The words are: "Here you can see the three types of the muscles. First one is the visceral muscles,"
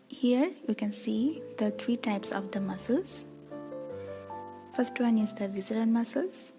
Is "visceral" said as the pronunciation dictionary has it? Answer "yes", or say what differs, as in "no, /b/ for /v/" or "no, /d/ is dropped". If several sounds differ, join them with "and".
no, /n/ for /l/